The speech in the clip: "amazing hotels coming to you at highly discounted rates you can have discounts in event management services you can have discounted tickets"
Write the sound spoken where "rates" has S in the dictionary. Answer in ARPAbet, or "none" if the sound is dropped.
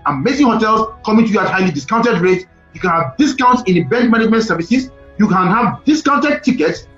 none